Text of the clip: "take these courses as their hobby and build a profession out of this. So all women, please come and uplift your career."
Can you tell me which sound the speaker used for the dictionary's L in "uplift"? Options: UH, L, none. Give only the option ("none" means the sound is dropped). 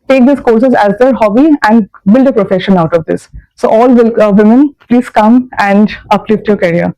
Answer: L